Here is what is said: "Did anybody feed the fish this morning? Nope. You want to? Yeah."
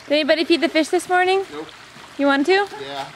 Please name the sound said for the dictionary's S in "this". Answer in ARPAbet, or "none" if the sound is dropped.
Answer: S